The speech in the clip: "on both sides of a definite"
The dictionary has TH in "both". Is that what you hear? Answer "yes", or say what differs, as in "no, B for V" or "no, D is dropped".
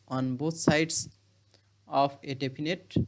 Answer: no, T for TH